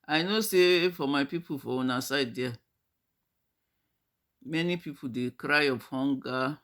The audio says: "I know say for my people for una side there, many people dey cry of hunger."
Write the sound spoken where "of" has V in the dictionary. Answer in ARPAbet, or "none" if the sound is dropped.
P